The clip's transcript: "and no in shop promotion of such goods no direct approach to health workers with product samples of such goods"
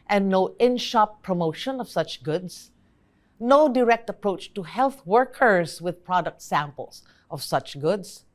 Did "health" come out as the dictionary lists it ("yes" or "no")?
yes